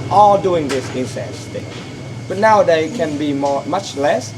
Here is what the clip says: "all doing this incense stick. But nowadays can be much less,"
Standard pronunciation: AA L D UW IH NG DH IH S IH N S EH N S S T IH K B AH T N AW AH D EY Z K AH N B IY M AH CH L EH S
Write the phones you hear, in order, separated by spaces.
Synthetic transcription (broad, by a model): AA D UW IH NG DH IH S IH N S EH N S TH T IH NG B AH T N AW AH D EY K AH N B IY M AH CH L EH S